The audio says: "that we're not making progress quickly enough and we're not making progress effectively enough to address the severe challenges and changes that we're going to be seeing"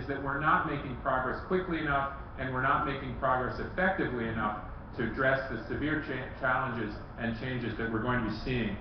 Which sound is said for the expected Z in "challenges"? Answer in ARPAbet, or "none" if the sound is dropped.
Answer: Z